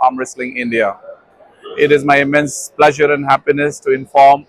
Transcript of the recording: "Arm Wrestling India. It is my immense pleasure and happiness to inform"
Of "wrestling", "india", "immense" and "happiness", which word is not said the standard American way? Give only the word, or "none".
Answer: none